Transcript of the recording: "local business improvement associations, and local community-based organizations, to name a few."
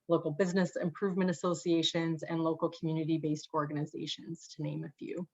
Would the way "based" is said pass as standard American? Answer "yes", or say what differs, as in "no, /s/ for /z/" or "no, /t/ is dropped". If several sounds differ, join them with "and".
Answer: yes